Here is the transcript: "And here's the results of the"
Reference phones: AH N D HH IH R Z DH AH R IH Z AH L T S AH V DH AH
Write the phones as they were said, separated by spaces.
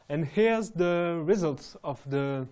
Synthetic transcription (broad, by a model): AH N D HH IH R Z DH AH R IH Z AH L T S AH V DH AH